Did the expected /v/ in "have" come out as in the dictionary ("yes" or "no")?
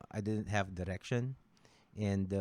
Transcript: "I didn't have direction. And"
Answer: yes